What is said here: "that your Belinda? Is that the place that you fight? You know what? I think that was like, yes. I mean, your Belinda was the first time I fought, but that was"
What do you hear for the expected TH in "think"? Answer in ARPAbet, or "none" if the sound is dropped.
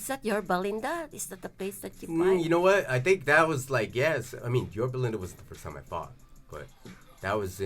TH